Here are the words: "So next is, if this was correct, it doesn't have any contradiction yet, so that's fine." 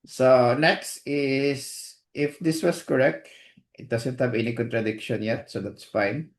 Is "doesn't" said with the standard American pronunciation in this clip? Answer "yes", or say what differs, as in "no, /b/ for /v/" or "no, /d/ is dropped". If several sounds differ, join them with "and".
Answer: no, /s/ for /z/